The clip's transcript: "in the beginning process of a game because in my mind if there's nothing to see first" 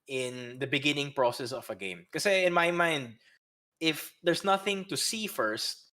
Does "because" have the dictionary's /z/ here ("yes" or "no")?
no